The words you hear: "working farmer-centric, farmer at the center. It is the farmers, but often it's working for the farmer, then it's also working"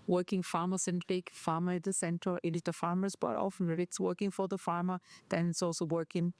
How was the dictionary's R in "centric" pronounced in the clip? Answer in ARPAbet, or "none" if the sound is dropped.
none